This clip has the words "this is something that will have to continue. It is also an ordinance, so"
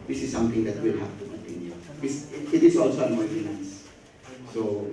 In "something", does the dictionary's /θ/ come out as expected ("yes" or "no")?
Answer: no